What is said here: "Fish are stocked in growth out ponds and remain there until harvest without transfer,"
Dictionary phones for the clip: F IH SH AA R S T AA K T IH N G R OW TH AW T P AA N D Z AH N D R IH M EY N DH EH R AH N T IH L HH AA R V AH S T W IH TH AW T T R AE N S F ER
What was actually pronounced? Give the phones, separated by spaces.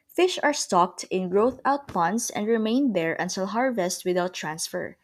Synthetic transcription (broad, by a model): F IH SH AA R S T AA K T IH N G R OW TH AW T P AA N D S AH N D R IH M EY N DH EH R AH N T IH L HH AA R V AH S T W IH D AW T T R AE N S F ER